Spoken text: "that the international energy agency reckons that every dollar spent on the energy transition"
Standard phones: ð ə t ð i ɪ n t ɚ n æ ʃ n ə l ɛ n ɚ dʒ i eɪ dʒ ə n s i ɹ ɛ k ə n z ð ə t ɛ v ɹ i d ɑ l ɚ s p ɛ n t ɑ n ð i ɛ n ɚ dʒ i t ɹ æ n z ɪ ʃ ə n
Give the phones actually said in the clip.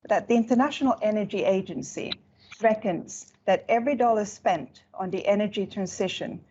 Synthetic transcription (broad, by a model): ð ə t ð i ɪ n t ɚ n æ ʃ n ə l ɛ n ɚ dʒ i eɪ dʒ ə n s i ɹ ɛ k ə n z ð ə t ɛ v ɹ i d ɑ l ɚ s p ɛ n t n ð i ɛ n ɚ dʒ i t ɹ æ n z ɪ ʃ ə n